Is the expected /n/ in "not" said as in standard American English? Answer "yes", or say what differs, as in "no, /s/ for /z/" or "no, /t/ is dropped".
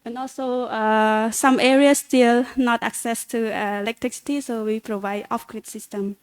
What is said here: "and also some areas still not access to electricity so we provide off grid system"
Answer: yes